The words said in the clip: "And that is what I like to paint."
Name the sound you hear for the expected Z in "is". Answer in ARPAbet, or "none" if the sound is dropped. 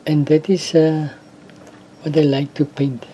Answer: S